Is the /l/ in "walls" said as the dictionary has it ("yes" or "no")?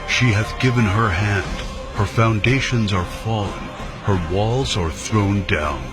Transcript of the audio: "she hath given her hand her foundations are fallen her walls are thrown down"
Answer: yes